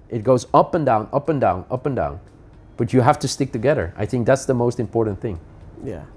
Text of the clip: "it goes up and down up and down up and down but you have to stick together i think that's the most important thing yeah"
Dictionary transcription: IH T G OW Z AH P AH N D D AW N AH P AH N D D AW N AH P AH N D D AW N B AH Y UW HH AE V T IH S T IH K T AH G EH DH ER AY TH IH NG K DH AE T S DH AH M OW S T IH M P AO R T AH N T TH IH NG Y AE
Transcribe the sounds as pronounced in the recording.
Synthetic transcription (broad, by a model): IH T G OW Z AH P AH N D D AW N AH P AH N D D AW N AH P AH N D D AW N B AH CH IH HH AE F T IH S T IH K T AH G EH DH ER AY TH IH NG K DH AE T S DH AH M OW S T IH M P AO R T N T TH IH NG Y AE